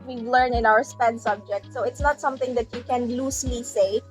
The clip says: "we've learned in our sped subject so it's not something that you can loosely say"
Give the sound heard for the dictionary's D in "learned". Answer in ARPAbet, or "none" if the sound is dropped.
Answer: none